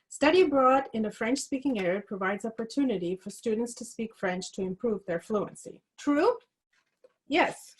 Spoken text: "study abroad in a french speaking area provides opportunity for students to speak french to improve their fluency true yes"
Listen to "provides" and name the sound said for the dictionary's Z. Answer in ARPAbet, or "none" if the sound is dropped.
Z